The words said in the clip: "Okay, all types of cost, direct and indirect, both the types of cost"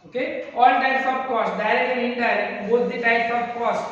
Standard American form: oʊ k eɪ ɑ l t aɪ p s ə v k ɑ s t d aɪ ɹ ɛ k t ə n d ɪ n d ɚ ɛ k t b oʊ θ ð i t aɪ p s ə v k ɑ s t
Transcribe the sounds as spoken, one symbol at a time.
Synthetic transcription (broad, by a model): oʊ k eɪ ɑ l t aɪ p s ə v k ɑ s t d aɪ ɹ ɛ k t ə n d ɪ d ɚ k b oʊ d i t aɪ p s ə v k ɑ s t